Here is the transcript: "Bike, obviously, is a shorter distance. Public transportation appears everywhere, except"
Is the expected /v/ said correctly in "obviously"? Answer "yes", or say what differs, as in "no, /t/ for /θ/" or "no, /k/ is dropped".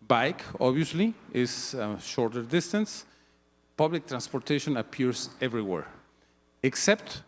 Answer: no, /v/ is dropped